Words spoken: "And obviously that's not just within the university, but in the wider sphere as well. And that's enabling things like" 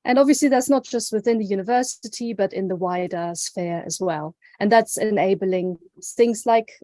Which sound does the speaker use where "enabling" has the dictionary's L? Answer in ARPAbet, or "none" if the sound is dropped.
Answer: L